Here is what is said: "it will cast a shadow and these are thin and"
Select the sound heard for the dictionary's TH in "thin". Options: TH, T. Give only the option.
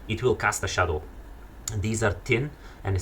T